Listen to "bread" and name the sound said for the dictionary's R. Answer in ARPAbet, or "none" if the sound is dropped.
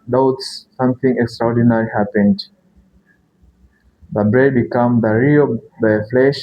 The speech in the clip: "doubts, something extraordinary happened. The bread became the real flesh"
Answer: R